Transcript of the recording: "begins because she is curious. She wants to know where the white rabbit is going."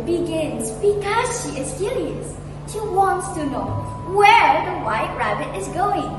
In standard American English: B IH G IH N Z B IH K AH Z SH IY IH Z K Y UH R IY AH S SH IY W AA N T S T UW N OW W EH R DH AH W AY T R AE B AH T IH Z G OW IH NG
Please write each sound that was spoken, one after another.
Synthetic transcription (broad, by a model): B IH G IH N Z B IH K AH Z SH IY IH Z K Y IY L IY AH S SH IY W AA N T S T UW N OW W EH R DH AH W AY T R AE B AH T IH Z G OW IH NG